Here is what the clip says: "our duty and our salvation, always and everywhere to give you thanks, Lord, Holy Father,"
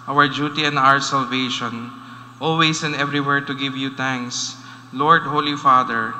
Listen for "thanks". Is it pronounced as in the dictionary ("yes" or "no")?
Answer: no